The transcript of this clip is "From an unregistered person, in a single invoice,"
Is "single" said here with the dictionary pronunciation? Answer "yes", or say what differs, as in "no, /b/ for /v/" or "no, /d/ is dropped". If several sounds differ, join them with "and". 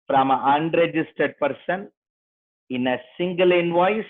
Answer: yes